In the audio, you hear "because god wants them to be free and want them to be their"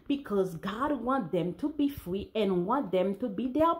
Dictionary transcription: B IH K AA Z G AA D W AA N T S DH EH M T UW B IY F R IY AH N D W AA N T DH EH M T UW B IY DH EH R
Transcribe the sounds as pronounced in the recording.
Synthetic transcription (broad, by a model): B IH K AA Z G AA D W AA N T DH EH M T UW B IY F R IY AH N W AA N T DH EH M T UW B IY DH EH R